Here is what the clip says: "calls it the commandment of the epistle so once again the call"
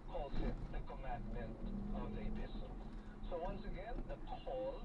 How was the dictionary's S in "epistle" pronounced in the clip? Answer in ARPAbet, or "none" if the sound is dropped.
SH